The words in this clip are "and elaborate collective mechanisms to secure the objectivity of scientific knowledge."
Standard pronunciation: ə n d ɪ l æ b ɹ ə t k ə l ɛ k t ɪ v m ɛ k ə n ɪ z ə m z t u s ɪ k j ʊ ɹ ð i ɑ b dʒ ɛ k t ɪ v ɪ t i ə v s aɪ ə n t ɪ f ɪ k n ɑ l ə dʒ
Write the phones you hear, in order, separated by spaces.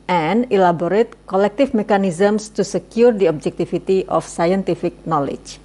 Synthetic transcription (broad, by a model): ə n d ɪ l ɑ b ɹ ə t k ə l ɛ k t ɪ f m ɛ k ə n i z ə m s t u s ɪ k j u ɹ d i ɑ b dʒ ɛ k t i f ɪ t i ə f s aɪ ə n t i f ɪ k n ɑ l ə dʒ